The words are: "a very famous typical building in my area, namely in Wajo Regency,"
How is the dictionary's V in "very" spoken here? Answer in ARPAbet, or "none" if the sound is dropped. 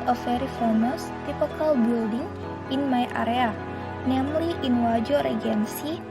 F